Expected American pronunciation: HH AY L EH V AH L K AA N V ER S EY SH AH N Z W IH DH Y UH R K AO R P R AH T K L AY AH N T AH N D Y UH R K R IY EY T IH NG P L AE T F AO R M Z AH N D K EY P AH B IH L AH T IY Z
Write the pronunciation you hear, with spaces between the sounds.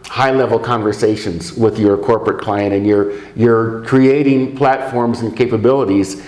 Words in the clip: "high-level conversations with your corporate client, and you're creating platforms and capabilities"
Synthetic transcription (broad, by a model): HH AY L EH V L K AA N V ER S EY SH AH N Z W IH DH Y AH R K AO R P R AH T K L AY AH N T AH N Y Y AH R K R IY EY T IH NG P L AE T F AO R M Z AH N K EY P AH B IH L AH T IY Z